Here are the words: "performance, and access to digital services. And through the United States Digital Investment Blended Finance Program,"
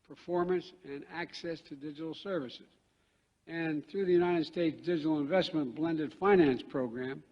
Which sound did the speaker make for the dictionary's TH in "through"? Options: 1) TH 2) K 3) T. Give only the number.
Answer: 1